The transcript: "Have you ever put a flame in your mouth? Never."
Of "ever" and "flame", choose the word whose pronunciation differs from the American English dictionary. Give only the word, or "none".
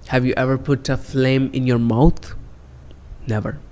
none